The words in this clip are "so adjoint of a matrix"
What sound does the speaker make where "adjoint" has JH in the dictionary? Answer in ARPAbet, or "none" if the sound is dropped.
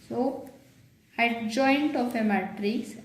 JH